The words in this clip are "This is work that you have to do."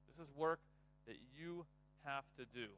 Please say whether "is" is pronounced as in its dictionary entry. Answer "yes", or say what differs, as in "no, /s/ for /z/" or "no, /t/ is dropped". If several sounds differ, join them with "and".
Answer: yes